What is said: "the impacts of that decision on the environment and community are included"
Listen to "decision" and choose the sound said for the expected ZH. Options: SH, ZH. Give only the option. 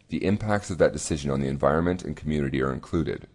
ZH